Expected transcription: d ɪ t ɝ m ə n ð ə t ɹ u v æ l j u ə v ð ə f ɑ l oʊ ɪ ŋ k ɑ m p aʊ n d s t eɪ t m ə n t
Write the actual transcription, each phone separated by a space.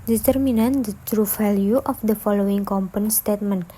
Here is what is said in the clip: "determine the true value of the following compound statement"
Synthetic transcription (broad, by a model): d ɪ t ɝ m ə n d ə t ɹ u f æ l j u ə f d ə f ɑ l oʊ ɪ ŋ k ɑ m p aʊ n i s t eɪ t m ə n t